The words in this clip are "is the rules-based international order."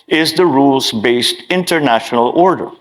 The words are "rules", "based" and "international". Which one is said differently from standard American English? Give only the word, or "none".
none